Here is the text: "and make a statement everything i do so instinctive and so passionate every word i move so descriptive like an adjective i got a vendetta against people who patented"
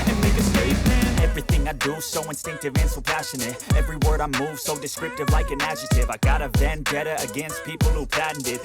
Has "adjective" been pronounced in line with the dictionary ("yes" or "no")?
no